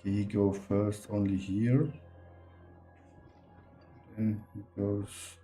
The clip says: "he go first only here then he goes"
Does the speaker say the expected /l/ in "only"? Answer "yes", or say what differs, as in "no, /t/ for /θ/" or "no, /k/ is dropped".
yes